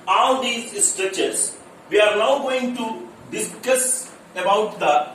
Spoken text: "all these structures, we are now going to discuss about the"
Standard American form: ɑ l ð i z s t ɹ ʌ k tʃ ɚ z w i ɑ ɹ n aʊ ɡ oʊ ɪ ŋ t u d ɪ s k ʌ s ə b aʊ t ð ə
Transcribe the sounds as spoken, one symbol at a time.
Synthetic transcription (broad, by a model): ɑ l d i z s t ɹ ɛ tʃ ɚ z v i ɑ ɹ n aʊ ɡ oʊ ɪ ŋ t u d ɪ s k ʌ s ə b aʊ t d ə